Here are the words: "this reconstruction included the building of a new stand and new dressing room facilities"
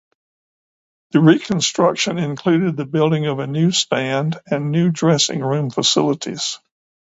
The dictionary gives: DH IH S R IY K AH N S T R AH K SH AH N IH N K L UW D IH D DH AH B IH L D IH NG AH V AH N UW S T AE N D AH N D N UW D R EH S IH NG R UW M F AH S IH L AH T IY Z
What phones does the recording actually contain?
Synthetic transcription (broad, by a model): DH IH R IY K AH N S T R AH K SH AH N IH N K L UW D IH D DH AH B IH L D IH NG AH V AH N UW S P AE N D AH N N UW D R EH S IH NG R UW M F AH S IH L AH T IY Z